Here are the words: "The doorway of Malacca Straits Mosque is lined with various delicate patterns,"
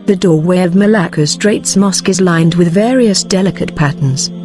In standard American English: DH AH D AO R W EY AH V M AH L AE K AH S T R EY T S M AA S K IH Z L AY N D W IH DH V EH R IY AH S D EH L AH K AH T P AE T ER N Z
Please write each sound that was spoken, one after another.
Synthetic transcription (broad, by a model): DH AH D AO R W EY AH V M AH L AE K AH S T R EY T S M AA S K IH Z L AY N D W IH DH V EH R IY AH S D EH L AH K AH T P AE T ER N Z